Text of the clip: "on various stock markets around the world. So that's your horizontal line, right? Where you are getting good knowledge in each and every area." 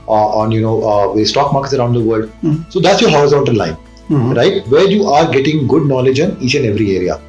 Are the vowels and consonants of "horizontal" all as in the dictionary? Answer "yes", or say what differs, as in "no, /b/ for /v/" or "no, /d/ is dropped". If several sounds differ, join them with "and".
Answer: no, /ɹ/ is dropped and /n/ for /l/